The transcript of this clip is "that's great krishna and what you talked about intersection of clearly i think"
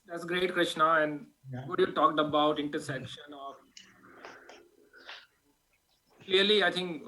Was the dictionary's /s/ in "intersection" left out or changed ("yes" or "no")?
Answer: no